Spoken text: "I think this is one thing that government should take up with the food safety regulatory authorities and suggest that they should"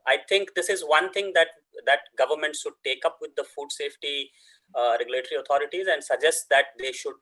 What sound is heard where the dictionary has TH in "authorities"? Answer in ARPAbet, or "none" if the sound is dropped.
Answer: T